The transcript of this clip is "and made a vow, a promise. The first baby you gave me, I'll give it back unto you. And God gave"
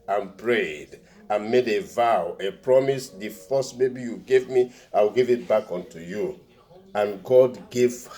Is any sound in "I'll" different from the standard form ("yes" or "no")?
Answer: yes